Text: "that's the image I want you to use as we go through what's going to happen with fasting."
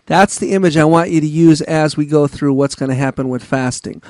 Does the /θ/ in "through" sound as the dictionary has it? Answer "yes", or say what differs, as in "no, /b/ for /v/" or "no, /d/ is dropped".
yes